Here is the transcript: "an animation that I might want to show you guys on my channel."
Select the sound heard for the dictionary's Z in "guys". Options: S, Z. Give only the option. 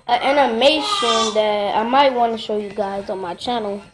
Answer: Z